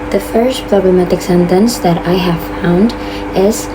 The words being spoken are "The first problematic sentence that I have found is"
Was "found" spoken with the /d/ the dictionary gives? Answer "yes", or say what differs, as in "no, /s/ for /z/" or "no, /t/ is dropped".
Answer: yes